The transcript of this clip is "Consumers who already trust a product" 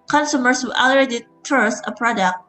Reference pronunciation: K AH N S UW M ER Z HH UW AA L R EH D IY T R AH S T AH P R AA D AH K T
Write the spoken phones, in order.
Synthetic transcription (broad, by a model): K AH N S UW M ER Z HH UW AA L AH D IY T AH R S AH P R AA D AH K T